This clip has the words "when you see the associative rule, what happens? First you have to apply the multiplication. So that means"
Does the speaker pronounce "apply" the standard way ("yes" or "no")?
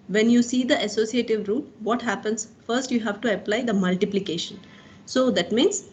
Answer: yes